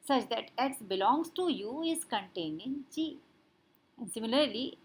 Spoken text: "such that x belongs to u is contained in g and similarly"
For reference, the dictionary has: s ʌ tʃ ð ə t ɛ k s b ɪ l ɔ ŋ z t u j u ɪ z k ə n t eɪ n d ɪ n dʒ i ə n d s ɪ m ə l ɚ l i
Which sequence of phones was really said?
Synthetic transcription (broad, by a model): s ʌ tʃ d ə t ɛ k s b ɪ l ɔ ŋ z t u j u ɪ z k ə n t eɪ n d ɪ n tʃ i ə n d s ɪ m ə l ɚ l i